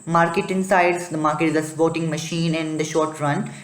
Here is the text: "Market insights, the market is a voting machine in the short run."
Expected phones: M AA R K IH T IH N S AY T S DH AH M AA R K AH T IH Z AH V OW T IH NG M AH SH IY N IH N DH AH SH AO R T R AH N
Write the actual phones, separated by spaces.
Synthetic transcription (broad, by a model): M AA R K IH T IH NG S AY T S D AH M AA R K AH T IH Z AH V OW T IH NG M AH SH IY N IH N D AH SH AO R T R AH N